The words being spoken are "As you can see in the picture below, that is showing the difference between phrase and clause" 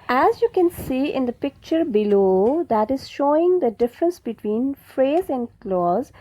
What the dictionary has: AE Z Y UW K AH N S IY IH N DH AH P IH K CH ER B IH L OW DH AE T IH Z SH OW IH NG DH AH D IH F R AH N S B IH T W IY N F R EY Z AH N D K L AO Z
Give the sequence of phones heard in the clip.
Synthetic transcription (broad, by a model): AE Z Y UW K AH N S IY IH N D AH P IH K CH ER B IH L OW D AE T IH Z SH OW IH NG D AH D IH F R AH N S B IH T W IY N F R EY Z AH N D K L AO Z